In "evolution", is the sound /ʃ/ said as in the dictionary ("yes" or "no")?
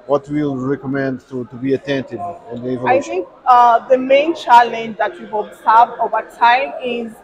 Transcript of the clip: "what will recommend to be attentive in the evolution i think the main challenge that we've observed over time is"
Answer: no